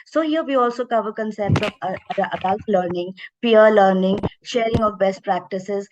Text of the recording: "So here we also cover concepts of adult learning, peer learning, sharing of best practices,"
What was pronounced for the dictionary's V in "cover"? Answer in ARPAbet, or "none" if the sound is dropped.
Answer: V